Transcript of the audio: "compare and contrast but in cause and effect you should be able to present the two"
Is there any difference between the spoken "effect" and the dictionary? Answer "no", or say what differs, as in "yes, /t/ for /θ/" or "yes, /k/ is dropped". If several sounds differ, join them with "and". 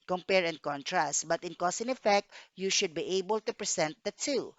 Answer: no